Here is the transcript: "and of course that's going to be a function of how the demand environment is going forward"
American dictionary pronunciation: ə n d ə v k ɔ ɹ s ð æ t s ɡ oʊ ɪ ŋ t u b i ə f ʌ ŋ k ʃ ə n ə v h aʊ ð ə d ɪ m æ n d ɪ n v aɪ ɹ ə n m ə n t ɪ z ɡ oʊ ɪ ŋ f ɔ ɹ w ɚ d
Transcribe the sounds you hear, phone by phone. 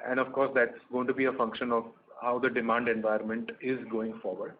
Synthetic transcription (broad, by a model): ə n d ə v k ɔ ɹ s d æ t s ɡ oʊ ɪ ŋ t u b i ə f ʌ ŋ k ʃ ə n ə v h aʊ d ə d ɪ m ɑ n d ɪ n v aɪ ə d m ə n t ɪ z ɡ oʊ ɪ ŋ f ɔ ɹ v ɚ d